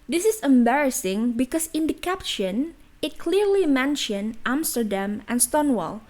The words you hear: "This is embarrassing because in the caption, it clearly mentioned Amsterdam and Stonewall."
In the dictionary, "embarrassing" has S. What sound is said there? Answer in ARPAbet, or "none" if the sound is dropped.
S